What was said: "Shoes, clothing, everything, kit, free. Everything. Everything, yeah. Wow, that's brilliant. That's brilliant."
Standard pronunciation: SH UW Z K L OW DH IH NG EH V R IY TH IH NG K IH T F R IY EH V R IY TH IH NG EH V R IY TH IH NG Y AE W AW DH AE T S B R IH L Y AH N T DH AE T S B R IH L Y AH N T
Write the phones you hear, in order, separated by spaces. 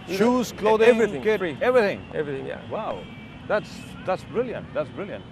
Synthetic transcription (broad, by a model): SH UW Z K L OW IH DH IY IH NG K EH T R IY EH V R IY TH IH NG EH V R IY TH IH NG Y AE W AW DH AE T S B R IH L Y AH N T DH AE T S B R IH L Y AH N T